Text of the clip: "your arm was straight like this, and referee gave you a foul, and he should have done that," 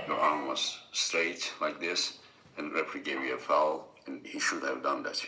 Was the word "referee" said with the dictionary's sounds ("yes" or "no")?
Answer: no